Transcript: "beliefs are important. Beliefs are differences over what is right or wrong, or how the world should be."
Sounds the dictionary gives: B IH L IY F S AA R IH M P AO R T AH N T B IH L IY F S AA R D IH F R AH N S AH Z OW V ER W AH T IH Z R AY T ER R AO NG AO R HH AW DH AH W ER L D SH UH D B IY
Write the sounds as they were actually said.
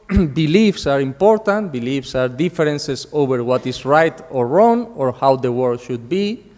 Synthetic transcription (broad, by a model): B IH L IY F S AA R IH M P AO R T AH N T B IH L IY F S AA R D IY F R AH N S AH S OW B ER W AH T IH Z R AY T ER R AO NG AO R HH AW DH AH W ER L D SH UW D B IY